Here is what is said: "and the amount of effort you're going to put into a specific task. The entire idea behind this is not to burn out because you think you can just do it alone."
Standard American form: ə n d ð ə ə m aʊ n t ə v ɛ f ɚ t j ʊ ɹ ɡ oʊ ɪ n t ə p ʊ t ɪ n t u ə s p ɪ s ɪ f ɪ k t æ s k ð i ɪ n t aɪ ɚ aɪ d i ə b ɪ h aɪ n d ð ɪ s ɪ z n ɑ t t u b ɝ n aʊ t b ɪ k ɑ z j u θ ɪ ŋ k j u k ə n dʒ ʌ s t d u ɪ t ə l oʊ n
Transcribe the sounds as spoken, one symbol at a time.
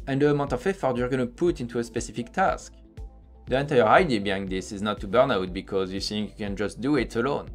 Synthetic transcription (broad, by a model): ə n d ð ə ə m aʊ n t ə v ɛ f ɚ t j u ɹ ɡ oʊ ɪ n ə p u t ɪ n t u ə s p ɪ s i f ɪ k t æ s k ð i ɪ n t aɪ ɚ aɪ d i b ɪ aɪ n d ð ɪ s ɪ z n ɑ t t u b ɝ n aʊ t b ɪ k ɑ z j u θ ɪ ŋ k j u k ə n dʒ ʌ s t d u ɪ t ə l oʊ n